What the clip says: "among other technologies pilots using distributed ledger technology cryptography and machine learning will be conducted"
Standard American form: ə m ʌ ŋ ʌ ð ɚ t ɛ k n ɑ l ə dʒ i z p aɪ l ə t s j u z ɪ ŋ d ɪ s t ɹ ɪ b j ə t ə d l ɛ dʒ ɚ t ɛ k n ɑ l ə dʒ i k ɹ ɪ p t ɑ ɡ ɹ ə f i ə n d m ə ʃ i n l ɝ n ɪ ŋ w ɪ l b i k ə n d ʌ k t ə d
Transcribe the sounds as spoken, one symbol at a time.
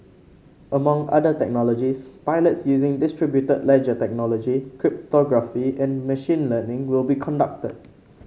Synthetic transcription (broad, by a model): ə m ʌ ŋ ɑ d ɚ t ɛ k n ɑ l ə dʒ i s p aɪ l ə t s j u z ɪ ŋ d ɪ s t ɹ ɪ b j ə t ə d l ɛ dʒ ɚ t ɛ k n ɑ l ə dʒ i k ɹ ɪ p t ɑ ɡ ɹ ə f i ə n m ə ʃ i n l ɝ n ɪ ŋ w ɪ l b i k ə n d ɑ k t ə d